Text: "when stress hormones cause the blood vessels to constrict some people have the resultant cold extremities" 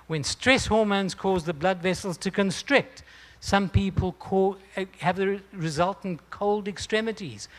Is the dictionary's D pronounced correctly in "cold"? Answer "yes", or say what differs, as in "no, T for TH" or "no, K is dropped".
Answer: yes